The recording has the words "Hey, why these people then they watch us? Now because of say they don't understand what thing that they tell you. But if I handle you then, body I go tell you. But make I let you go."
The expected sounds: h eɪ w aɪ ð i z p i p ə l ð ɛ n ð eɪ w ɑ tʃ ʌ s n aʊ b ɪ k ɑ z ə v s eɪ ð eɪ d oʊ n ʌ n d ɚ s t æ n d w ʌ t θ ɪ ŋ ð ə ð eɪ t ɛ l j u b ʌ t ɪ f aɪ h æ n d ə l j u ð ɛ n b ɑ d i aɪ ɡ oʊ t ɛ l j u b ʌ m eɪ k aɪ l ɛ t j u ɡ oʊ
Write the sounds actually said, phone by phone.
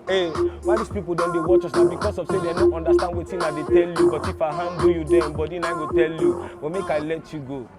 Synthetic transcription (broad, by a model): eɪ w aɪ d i s p i p ə l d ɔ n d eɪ w ɑ tʃ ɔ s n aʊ b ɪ k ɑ s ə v s eɪ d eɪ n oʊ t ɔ n d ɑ s t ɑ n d w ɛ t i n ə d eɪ t ɛ l j u b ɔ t ɪ f aɪ h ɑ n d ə j u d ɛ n b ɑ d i aɪ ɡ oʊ t ɛ l j u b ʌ m eɪ k aɪ l ɛ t j u ɡ oʊ